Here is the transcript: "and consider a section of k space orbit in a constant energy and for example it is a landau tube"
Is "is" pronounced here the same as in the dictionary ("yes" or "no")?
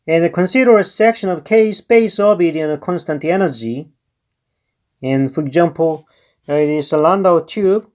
no